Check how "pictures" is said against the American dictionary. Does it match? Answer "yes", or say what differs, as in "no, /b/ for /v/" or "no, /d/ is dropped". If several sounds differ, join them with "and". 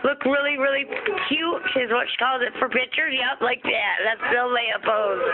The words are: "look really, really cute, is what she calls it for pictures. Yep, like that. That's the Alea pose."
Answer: no, /z/ is dropped